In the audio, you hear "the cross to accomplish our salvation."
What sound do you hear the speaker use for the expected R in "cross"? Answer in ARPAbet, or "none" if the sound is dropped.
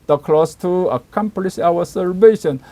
L